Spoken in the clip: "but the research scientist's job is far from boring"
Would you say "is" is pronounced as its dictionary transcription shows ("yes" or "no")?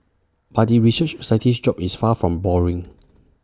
no